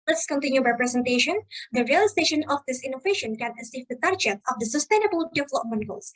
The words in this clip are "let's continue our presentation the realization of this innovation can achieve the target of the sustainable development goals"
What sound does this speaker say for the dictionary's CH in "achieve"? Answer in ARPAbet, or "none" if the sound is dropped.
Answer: S